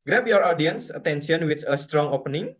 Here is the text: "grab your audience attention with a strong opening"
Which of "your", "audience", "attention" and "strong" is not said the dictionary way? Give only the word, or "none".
attention